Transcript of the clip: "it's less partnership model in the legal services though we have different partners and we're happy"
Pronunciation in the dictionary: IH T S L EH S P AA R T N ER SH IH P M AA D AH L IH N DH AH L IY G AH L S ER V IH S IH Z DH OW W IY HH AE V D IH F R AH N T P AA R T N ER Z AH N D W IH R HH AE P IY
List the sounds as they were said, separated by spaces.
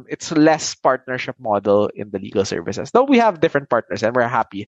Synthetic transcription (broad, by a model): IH T S L EH S P AA R T N ER SH IH P M AA D AH L IH N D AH L IY G AH L S ER V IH S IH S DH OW W IY HH AE V D IH F R AH N T P AA R T N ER S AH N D W IH R HH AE P IY